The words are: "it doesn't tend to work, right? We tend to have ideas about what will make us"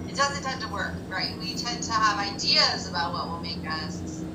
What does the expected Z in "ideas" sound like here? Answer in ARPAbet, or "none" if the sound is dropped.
Z